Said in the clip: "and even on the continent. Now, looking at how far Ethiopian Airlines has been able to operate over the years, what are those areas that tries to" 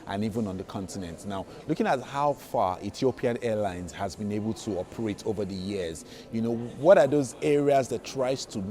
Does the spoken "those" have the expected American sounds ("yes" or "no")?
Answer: yes